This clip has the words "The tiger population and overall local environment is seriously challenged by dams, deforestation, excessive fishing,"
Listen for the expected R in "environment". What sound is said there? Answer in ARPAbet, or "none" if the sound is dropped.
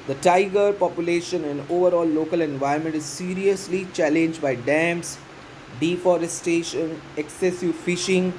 none